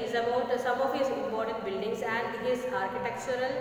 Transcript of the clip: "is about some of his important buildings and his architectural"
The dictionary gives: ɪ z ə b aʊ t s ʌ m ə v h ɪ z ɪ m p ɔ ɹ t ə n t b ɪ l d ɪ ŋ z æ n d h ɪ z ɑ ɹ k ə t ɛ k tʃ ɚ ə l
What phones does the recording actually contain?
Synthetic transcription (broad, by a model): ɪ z ə b aʊ t s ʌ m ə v h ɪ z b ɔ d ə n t b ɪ l d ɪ ŋ s æ n d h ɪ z ɑ ɹ k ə t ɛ k tʃ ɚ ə l